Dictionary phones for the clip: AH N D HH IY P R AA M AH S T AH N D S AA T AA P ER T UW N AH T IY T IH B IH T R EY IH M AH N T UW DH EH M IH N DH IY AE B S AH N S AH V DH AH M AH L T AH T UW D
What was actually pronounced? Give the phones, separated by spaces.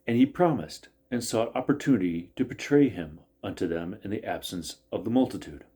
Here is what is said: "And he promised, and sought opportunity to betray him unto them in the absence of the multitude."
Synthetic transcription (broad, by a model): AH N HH IY P R AA M AH S T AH N S AA T AA P ER T UW N AH T IY T IH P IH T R EY IH M AH N T UW DH EH M IH N DH IY AE B S AH N S AH V DH AH M AH L T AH T UW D